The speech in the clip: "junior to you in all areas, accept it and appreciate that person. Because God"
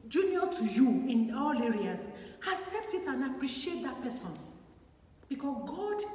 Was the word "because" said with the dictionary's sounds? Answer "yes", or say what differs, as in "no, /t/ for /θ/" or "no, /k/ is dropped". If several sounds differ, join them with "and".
no, /z/ is dropped